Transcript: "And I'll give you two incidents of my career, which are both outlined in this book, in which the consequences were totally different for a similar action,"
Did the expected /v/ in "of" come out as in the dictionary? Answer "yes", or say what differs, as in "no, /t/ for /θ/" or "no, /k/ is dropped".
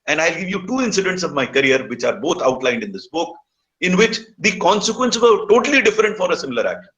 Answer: yes